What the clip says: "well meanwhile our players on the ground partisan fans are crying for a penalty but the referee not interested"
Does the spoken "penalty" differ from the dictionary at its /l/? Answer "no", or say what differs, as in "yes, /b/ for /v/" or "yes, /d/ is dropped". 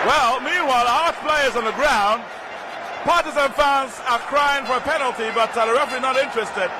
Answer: no